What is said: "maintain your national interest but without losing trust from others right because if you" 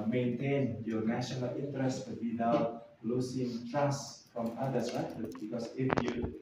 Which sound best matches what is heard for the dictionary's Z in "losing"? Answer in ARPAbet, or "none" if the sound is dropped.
S